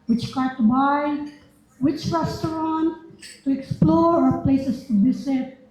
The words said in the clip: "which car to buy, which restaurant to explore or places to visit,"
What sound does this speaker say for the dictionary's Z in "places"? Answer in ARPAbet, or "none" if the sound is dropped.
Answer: S